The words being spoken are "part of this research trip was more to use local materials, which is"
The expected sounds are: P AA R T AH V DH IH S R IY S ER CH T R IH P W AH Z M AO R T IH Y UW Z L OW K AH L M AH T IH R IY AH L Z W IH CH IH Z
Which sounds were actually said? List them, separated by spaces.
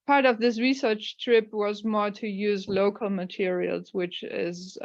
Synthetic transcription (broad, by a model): P AA R T AH V DH IH S R IY S ER CH T R IH P W AH Z M AO R T IH Y UW Z L OW K AH L M AH T IH R IY AH L Z W IH CH IH Z